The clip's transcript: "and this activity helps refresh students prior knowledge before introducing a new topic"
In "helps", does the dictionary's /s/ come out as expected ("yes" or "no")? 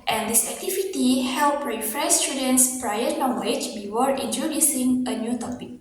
no